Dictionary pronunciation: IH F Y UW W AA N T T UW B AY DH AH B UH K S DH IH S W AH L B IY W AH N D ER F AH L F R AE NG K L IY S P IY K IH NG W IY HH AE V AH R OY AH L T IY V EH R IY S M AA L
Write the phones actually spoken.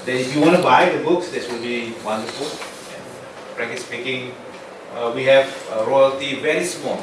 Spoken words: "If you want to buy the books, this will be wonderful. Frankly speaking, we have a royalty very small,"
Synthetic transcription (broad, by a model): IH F Y UW W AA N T T UW B AY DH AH B UH K S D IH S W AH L B IY W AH N D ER F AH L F R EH K IY S P IY K IH NG W IY HH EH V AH R OY AH L T IY V EH R IY S M AA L